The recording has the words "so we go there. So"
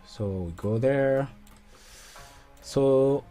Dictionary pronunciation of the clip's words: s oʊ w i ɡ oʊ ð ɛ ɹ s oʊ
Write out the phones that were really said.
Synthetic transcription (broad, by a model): s oʊ w i ɡ oʊ ð ɛ ɹ s oʊ